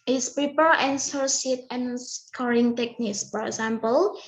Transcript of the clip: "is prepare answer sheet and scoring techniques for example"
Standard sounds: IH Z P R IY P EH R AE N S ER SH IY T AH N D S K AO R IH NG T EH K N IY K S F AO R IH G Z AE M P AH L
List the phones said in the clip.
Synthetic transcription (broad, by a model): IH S P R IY P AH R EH N S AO S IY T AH N S K AO R IH NG T EH K N IY K S F AO R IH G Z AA M P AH L